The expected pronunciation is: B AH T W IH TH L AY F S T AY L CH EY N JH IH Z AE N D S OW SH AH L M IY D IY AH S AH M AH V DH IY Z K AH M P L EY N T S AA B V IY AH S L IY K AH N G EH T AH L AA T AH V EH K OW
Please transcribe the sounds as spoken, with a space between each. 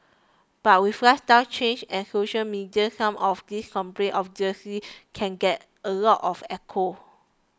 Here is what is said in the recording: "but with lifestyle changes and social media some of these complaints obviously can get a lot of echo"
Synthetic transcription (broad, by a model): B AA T W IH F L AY S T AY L CH EY N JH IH N S OW SH AH L M IY D IY AH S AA M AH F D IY S K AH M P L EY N T AA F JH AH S IY K AH N G EH T AH L AA T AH F EH K OW